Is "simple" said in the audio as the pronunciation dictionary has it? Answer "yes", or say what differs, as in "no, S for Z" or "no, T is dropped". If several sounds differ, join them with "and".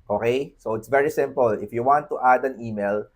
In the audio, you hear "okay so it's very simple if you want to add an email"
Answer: yes